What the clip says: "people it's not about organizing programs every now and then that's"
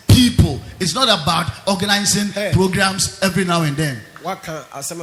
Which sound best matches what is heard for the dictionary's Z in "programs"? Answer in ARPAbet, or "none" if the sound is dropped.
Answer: S